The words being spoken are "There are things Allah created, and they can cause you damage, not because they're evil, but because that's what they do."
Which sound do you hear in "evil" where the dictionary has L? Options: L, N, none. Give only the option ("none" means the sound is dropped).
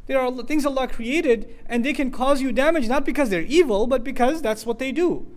L